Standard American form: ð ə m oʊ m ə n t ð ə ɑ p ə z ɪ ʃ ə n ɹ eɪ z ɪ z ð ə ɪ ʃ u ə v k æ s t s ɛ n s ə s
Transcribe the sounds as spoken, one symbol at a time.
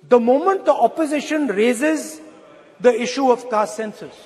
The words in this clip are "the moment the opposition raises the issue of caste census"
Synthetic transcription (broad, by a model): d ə m oʊ m ə n t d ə ɑ p ə z ɪ ʃ ə n ɹ eɪ z ɪ z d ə ɪ ʃ u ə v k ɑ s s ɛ n s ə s